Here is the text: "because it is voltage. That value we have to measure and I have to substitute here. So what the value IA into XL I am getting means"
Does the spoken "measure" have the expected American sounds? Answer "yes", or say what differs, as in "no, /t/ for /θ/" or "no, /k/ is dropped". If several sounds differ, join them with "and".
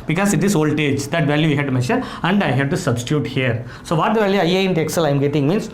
no, /ʃ/ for /ʒ/